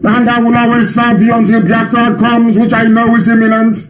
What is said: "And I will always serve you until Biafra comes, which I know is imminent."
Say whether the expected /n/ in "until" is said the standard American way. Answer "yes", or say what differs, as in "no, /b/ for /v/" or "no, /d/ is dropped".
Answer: yes